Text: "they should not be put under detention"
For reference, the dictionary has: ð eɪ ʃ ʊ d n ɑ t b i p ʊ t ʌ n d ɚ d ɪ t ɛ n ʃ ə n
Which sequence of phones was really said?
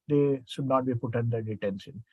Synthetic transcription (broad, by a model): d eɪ s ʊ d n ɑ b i p ʊ t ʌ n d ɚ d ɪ t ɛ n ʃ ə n